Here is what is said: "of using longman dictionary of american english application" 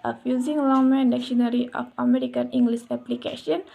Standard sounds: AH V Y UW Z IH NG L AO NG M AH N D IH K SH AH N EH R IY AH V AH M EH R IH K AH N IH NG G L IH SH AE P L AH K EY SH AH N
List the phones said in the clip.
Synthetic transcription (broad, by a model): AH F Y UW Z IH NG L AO M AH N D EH K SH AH N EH R IY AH F AH M EH R IH K AH N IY NG G L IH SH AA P L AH K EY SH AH N